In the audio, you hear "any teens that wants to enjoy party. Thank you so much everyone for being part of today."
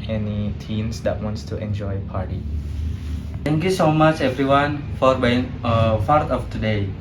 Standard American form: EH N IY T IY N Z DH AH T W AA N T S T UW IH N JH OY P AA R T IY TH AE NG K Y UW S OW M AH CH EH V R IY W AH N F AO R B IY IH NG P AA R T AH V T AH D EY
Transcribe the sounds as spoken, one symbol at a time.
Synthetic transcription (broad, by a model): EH N IY T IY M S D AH T W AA N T S T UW IH N JH OY P AA R T IY T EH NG K Y UW S OW M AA CH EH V R IY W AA N F AO R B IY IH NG F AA R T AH F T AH D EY